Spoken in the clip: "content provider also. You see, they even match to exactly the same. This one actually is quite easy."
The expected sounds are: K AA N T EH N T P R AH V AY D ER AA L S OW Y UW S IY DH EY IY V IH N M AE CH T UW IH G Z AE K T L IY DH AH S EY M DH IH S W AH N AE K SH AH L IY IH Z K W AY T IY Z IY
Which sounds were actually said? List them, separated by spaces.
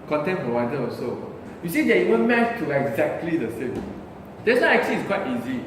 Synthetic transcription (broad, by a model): K AA N T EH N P R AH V AY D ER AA S OW Y UW S IY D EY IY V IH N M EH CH T UW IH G Z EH K T L IY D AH S EY M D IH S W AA AE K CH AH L IY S K W AY T IY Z IY